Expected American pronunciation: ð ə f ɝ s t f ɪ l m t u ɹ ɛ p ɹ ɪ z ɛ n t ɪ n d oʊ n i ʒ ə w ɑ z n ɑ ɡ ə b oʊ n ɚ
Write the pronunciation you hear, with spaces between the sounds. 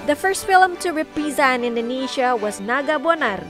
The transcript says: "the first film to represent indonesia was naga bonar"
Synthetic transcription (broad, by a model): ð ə f ɝ s t f ɪ l m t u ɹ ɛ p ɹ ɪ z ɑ n ɪ n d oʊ n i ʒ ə w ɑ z n ɑ ɡ ə b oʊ n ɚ